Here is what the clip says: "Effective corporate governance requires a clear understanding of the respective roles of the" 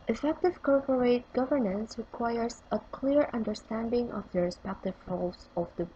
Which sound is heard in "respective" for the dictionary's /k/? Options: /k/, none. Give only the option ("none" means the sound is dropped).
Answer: /k/